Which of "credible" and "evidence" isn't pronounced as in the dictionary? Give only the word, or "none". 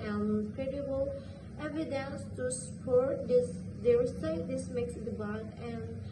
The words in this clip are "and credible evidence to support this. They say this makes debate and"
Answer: none